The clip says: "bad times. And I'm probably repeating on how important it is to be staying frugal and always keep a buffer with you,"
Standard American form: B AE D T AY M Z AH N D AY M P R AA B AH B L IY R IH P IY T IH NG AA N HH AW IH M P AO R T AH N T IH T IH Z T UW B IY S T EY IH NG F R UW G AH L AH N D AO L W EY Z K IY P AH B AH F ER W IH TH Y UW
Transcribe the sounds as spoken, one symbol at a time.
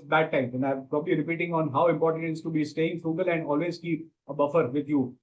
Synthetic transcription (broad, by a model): B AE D T AY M AH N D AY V P R AA B AH B L IY R IH P IY T IH NG AA N HH AW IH M P AO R T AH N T IH T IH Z T UW B IY S T EY IH NG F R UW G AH L AH N D AO L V EY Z K IY P AH B AH F ER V IH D Y UW